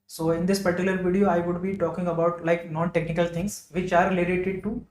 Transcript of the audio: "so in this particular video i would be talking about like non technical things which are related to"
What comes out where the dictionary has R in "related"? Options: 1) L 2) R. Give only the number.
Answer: 1